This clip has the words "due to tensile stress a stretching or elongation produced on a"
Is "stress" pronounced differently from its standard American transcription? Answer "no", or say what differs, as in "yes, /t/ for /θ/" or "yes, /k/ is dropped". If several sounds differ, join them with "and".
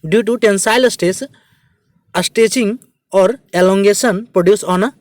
yes, /ɹ/ is dropped